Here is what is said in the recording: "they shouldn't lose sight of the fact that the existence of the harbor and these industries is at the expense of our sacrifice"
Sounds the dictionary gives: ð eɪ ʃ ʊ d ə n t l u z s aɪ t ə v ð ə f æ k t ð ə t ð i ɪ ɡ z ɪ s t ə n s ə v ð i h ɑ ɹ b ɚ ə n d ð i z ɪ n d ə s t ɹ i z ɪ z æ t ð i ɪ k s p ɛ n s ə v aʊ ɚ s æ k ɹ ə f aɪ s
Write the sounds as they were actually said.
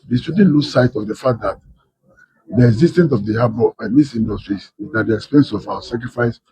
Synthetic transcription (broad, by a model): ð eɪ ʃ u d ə n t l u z s aɪ t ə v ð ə f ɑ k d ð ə t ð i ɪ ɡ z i s t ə n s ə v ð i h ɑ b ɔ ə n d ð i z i n d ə s t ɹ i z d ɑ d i ɪ k s p ɛ n s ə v aʊ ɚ s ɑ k ɹ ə f aɪ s